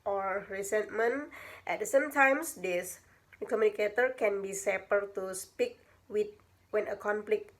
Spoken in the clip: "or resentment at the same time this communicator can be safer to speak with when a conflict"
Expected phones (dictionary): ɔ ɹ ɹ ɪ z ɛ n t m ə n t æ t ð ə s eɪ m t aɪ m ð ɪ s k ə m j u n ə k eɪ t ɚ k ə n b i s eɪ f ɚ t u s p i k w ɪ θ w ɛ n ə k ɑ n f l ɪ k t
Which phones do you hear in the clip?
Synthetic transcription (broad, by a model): ɔ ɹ ɹ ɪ s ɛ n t m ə n t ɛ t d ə s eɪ m t aɪ m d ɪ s k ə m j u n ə k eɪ t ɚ k ə n b i s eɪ p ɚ t u s p i k w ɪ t w ɛ n ə k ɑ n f l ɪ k